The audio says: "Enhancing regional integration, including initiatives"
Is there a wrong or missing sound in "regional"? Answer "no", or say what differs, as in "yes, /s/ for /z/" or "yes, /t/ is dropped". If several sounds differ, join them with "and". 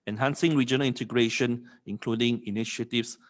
no